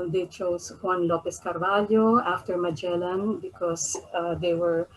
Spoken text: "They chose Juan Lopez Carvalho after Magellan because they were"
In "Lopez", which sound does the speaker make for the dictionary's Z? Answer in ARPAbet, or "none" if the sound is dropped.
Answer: S